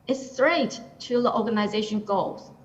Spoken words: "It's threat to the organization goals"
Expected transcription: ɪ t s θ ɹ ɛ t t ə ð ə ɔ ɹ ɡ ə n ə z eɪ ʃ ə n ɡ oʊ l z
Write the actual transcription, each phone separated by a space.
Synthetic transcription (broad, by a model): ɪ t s t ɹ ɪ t t ə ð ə ɔ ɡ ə n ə z eɪ ʃ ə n ɡ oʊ l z